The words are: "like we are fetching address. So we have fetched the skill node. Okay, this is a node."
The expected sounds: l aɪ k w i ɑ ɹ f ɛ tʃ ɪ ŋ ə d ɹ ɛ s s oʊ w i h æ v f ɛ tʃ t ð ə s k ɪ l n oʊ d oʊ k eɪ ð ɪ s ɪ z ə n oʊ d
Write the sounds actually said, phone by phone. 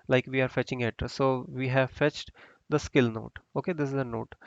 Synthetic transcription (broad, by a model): l aɪ k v i ɑ ɹ f ɛ tʃ ɪ ŋ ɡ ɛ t s oʊ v i h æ v f ɛ tʃ t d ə s k ɪ l n oʊ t oʊ k eɪ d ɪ s ɪ z ə n oʊ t